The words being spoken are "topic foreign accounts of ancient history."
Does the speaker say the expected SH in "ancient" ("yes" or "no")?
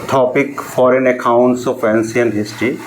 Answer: no